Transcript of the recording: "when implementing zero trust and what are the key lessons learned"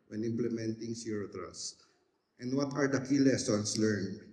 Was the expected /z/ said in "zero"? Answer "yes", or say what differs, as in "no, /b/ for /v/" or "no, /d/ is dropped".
no, /s/ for /z/